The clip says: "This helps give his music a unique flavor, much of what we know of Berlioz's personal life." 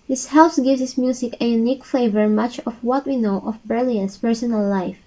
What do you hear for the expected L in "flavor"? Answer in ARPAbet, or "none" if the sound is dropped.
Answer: none